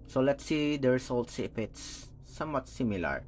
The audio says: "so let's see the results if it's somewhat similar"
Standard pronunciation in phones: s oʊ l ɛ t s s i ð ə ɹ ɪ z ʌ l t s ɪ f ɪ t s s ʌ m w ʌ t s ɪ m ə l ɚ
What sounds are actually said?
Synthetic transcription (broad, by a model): s oʊ l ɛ t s s i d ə ɹ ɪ s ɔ l t s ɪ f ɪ t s s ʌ m w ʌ t s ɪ m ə l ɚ